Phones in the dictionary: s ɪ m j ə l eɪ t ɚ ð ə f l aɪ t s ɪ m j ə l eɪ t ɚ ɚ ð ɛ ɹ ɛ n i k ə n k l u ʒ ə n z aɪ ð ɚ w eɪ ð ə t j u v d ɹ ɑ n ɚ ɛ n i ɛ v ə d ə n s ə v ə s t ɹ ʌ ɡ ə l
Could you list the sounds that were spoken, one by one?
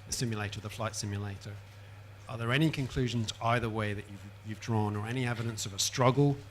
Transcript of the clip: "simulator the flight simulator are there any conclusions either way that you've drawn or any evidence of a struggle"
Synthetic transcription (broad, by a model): s ɪ m j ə l eɪ t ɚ ð ə f l aɪ t s ɪ m j ə l eɪ t ɚ ɚ ð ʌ ɹ ɛ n i k ə n k l u ʒ ə n z aɪ ð ɚ w eɪ ð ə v j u v d ɹ ɑ n ɚ ɛ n i ɛ v ə d ə n s ə v ə s t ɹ ʌ ɡ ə l